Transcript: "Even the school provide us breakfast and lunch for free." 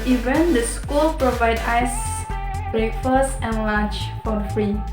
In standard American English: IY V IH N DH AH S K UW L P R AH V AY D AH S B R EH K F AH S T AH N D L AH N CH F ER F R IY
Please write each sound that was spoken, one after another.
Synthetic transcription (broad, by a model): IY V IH N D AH S K UW L P R AH V AY D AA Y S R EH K F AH S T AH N L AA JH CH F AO F R IY